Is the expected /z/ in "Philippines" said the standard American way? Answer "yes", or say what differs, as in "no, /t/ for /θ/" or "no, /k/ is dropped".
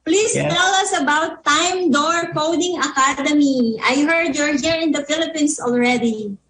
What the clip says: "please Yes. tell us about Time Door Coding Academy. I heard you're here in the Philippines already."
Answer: no, /s/ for /z/